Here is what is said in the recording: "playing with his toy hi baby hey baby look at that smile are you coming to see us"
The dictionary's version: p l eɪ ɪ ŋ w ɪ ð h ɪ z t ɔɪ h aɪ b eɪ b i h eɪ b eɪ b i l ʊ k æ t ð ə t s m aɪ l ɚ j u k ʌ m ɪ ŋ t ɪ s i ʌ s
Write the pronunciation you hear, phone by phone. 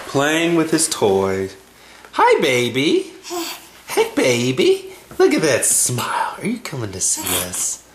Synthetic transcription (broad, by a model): p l eɪ ɪ ŋ w ɪ ð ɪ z t ɔɪ h aɪ b eɪ b i h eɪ b eɪ b i l ʊ k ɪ t ð ə t s m aɪ l ɚ j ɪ k ʌ m ɪ ŋ t ɪ s i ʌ s